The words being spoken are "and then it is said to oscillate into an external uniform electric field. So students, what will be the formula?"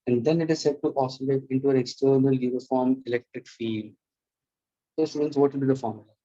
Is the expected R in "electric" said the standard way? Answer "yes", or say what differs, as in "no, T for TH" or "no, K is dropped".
no, R is dropped